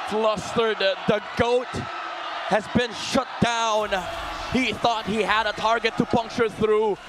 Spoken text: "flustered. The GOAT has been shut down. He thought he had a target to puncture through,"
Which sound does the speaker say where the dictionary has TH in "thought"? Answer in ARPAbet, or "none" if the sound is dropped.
TH